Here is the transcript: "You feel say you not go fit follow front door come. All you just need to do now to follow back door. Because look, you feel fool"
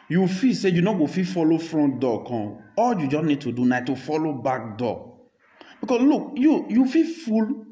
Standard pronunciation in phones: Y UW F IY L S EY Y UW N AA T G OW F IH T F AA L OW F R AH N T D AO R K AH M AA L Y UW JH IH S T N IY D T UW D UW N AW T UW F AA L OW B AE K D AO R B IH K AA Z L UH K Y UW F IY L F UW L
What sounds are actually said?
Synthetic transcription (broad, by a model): Y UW F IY S EY Y UW N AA G OW F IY F AA L OW F R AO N D AO K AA AA L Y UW JH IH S N IY D T UW D UW N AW T UW F AA L OW B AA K D AO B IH K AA S L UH K Y UW F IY F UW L